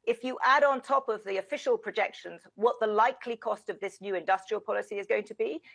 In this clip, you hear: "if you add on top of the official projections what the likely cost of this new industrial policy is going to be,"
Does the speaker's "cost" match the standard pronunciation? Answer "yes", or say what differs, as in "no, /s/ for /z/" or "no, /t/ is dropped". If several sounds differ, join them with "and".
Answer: yes